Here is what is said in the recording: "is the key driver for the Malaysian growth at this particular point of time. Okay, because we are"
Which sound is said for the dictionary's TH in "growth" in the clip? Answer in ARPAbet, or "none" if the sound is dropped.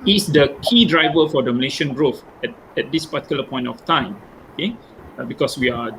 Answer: T